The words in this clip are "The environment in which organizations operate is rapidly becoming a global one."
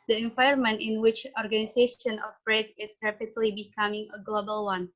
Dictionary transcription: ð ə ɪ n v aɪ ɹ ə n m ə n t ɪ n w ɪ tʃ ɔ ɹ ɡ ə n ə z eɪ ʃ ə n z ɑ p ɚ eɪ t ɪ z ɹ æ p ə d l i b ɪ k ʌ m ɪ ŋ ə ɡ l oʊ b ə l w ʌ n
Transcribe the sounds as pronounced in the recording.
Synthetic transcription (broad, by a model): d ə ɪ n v aɪ ə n m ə n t ɪ n w ɪ tʃ ɔ ɹ ɡ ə n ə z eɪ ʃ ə n ɑ f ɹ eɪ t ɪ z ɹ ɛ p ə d l i b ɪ k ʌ m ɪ ŋ ə ɡ l oʊ b ə l w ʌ n